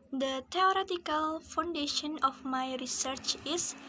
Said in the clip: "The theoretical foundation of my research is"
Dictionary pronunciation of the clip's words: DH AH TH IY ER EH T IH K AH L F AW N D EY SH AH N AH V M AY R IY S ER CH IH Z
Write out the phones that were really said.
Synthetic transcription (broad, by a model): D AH T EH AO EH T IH K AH L F AW N D EY SH AH N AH F M AY R IY S ER CH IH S